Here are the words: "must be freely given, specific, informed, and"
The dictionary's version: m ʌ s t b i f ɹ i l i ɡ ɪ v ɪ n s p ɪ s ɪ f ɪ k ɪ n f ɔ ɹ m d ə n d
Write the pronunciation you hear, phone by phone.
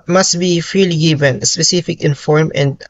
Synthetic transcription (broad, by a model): m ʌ s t b i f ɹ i l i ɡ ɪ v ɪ n s p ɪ s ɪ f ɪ k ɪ n f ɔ ɹ m ə n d